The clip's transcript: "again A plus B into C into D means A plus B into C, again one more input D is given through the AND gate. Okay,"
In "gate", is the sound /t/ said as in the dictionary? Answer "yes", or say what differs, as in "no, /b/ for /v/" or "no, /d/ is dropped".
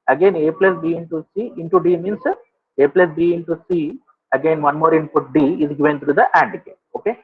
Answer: no, /t/ is dropped